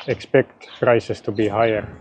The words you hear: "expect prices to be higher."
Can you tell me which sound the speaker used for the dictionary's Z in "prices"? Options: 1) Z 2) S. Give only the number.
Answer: 2